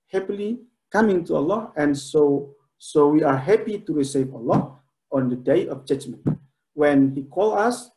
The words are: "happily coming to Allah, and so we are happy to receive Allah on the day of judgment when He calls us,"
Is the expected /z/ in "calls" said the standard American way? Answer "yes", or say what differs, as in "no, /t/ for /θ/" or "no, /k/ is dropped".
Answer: no, /z/ is dropped